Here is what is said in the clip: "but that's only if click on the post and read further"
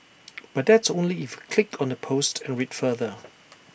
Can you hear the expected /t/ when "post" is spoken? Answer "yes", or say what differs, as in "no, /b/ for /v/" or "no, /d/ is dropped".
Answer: yes